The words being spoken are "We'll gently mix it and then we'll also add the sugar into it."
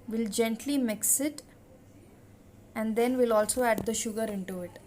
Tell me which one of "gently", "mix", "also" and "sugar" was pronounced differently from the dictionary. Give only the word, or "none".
none